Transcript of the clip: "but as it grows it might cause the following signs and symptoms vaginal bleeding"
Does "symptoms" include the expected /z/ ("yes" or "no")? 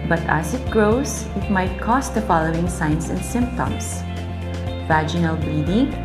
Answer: no